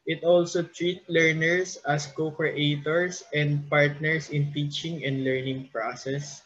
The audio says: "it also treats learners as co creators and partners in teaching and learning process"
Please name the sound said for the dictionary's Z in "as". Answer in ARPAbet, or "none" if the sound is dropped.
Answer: S